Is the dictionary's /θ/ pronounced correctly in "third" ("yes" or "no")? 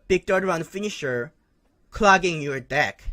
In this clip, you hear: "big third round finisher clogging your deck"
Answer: no